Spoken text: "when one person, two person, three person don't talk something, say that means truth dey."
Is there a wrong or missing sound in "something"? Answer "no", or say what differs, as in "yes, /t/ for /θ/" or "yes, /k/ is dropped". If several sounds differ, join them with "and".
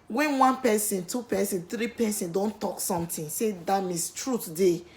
yes, /t/ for /θ/